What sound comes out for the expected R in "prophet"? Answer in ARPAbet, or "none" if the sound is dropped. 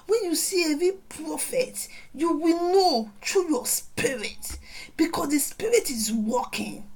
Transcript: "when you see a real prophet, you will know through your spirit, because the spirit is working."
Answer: R